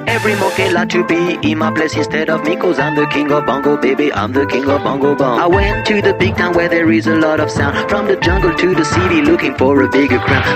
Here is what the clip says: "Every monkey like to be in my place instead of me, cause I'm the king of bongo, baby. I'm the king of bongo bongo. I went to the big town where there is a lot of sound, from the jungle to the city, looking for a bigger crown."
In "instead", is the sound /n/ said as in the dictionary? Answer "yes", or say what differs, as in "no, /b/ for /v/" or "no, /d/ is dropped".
yes